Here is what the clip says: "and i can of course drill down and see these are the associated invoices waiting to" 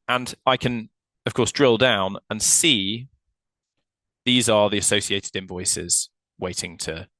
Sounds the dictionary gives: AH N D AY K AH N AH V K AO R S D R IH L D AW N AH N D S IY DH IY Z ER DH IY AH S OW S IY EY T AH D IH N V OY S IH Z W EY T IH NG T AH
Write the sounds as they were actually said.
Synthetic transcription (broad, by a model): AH N AY K AH N AH V K AO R S D R IH L D AW N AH N S IY DH IY Z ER DH IY AH S OW S IY EY T AH D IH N V OY S IH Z W EY T IH NG T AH